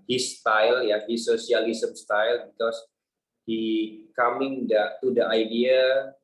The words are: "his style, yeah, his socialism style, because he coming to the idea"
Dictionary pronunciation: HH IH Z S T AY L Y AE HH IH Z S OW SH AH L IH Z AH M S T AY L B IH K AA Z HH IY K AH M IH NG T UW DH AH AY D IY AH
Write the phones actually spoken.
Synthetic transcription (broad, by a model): HH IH S T AY L Y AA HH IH S OW S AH L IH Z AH M S T AY L B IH K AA S HH IY K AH M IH NG T UW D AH AY D IY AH